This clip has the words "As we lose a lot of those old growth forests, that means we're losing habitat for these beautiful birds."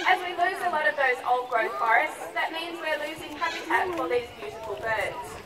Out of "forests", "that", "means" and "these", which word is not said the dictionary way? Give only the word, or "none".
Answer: none